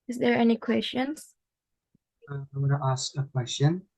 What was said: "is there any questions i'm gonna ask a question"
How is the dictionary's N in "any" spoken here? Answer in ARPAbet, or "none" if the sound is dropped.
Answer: N